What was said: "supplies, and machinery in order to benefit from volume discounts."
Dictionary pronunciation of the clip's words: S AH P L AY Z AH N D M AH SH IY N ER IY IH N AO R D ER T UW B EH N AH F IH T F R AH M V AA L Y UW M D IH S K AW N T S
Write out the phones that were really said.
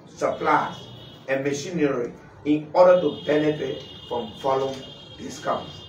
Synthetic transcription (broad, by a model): S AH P L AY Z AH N M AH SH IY N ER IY IH N AO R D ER T UW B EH L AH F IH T F R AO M F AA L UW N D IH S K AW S